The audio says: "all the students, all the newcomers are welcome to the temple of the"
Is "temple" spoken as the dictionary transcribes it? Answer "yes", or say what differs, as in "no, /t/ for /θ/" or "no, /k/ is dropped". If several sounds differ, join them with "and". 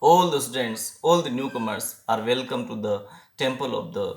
yes